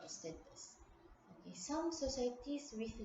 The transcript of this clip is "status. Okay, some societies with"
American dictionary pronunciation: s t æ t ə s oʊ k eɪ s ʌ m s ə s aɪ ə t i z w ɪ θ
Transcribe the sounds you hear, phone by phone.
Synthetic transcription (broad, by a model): s t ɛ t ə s oʊ k eɪ s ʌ m s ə s aɪ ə t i s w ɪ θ